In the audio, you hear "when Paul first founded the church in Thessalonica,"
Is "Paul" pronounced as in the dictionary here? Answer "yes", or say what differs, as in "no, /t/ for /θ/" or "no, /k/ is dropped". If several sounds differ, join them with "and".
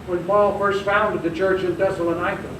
yes